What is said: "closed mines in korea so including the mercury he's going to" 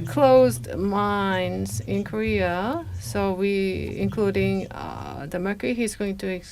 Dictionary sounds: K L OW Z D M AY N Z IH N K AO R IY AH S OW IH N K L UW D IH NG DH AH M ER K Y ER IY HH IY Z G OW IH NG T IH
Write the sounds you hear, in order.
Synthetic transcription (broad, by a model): K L OW Z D M AY N Z IH N K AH R IY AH S OW IH N K L UW D IH NG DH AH M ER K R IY HH IY Z G OW IH NG T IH